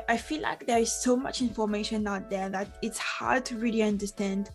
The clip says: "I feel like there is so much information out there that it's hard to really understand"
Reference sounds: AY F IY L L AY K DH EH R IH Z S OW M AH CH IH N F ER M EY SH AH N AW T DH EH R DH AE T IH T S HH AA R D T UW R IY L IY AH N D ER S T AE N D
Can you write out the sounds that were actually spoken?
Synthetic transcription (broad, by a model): AY F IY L L AY K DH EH R IH Z S OW M AH CH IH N F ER M EY SH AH N AW T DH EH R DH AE T IH T S HH AA R D T UW R IY L IY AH N D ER S T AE N D